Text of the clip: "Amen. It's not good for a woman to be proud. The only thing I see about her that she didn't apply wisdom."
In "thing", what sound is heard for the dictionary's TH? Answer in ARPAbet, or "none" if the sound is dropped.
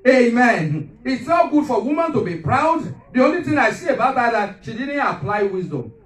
T